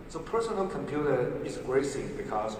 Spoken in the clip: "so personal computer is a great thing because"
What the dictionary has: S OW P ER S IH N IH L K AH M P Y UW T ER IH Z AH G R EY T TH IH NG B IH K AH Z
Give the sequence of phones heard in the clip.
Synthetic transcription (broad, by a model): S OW P ER S IH N IH L K AH M P Y UW T ER IH Z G R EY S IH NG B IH K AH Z